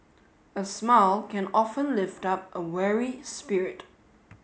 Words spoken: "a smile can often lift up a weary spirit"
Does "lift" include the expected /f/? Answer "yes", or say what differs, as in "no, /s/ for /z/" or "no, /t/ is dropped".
yes